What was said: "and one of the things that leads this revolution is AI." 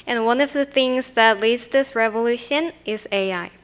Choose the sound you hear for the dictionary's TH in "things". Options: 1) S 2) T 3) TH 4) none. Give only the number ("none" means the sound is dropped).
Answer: 3